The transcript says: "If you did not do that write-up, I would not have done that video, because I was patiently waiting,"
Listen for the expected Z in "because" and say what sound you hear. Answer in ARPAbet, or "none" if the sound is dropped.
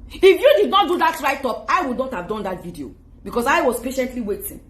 S